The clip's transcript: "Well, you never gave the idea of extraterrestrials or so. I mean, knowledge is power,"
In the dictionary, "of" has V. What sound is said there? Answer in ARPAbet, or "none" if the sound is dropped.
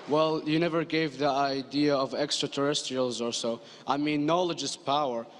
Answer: V